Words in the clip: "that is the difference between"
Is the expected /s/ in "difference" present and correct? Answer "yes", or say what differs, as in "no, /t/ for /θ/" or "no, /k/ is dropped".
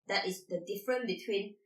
no, /s/ is dropped